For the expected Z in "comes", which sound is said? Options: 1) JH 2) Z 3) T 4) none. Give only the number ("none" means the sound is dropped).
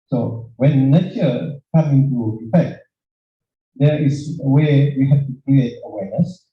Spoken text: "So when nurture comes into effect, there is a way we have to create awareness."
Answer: 4